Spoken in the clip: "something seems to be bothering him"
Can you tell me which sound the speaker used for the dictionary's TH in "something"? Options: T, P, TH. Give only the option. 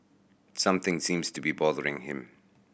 TH